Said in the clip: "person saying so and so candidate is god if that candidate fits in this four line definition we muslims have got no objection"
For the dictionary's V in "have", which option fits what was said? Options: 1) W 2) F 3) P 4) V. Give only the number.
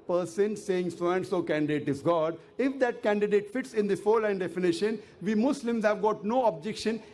4